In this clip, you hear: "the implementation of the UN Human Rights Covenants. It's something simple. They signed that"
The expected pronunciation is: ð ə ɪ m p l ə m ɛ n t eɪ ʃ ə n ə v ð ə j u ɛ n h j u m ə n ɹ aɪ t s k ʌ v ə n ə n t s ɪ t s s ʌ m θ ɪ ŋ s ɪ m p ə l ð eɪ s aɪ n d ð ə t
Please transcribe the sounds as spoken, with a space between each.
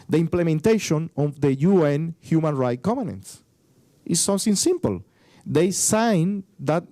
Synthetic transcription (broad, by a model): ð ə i m p l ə m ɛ n t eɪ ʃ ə n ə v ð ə j u ɛ n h j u m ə n ɹ aɪ t k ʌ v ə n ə n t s t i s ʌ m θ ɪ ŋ s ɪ m p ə l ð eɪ s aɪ n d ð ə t